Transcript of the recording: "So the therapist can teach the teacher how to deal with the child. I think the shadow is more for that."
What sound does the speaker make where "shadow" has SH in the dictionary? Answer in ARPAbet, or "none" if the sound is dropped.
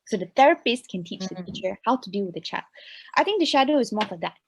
SH